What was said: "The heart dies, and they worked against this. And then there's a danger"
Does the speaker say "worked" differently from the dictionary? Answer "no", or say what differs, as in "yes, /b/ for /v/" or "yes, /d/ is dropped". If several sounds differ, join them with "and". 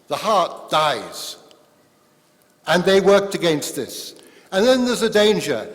no